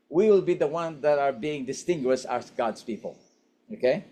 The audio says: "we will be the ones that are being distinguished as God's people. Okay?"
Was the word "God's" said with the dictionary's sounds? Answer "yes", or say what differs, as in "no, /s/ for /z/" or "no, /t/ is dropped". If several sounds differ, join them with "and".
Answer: no, /s/ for /z/